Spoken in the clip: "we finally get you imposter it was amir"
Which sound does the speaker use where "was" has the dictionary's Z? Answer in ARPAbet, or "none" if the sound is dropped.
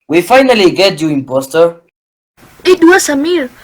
S